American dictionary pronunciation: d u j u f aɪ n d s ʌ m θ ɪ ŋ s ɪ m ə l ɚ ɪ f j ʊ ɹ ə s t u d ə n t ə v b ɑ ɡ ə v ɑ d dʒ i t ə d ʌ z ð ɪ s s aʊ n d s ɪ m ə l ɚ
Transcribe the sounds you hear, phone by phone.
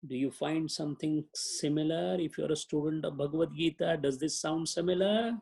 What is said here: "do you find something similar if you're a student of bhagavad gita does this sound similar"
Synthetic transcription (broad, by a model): d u j u f aɪ n d s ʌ m t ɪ ŋ s ɪ m ə l ɚ ɪ f j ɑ ɹ ə s t u d ə n t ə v b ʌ ɡ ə v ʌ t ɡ i t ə d ʌ z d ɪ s s aʊ n d s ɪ m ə l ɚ